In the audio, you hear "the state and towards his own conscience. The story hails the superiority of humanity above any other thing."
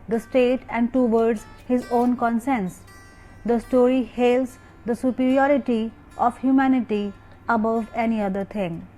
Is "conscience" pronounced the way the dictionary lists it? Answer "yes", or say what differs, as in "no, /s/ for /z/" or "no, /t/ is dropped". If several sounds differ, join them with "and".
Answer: no, /s/ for /ʃ/